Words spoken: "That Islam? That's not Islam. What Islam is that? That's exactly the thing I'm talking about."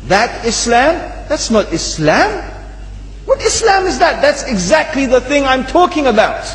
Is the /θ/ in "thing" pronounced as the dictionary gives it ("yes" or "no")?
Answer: yes